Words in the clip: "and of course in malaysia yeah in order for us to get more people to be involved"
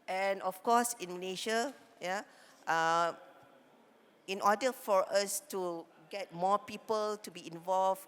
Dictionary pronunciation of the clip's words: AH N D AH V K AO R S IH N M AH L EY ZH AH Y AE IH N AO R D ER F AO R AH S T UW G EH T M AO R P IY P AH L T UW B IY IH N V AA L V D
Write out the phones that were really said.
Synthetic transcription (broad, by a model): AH N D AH F K AO S IH N M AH L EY SH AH Y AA IH N AO D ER F AO R AH S T UW G EH T M AO P IY P AH L T UW B IY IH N V AA L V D